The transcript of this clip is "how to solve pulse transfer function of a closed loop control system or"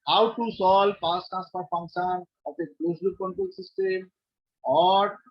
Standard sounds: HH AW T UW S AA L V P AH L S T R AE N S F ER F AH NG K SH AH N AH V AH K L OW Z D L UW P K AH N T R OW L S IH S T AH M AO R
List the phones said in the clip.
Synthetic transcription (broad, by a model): HH AW T UW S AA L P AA S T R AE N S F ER F AH NG K SH AH N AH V AH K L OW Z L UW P K AH N T R OW L S IH S T AH M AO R